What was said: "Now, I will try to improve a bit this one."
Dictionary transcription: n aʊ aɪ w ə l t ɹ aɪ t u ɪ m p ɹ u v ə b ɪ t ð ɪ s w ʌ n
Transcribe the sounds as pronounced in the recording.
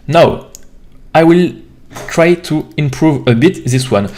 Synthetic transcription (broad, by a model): n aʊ aɪ w ə l t ɹ aɪ t u ɪ m p ɹ u v ə b ɪ t ð ɪ s w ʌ n